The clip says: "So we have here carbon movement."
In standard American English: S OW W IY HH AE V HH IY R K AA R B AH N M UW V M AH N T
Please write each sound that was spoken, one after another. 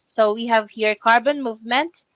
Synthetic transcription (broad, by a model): S OW W IY HH AE V HH IY R K AA R B AH N M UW V M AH N T